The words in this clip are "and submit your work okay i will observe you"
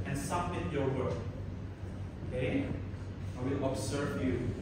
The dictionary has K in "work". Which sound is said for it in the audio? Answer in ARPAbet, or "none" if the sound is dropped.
none